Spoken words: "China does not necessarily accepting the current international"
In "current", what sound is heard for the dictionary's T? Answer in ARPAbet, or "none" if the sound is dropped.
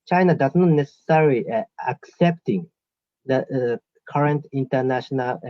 T